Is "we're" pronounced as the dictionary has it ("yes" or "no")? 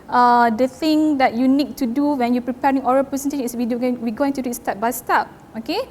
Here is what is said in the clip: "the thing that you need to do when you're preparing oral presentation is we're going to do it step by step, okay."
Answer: no